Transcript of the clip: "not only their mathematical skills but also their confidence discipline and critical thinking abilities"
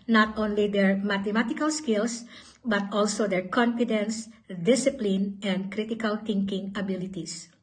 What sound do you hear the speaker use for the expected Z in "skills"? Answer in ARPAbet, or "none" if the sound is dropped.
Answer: S